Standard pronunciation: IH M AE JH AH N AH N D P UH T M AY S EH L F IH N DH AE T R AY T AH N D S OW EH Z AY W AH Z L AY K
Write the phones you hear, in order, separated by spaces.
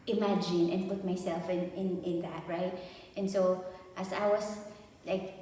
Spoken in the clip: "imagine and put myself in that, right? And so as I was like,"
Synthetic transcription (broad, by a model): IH M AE JH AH N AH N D P UH T M AY S EH L F IH N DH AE T R AY T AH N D S OW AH S AY W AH S L AY K